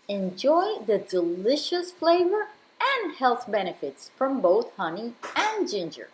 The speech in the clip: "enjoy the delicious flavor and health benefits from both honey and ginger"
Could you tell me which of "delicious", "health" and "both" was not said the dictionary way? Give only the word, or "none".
none